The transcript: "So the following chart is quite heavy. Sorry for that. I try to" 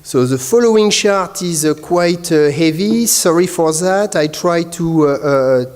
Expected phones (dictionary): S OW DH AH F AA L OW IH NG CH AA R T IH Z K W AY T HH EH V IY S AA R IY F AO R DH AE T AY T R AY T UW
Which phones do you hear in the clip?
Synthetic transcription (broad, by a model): S OW DH AH F AA L OW IH NG SH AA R T IH Z K W AY T HH EH V IY S AA R IY F AO R DH AE T AY T R AY T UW